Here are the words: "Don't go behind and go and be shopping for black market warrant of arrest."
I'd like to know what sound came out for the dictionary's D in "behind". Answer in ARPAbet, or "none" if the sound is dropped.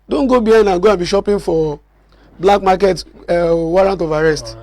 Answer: none